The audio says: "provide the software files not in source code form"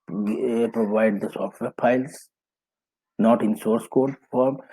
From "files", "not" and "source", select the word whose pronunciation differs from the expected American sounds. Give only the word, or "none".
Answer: files